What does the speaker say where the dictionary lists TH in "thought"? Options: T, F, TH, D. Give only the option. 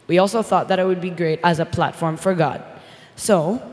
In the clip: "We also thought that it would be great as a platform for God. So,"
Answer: TH